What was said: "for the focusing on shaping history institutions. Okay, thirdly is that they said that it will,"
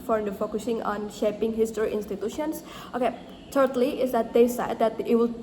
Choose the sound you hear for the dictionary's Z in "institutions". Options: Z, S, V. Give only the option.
S